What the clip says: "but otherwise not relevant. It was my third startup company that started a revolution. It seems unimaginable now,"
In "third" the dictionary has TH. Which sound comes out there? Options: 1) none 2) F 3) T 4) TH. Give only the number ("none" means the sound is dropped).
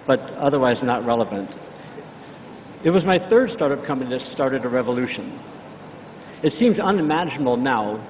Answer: 4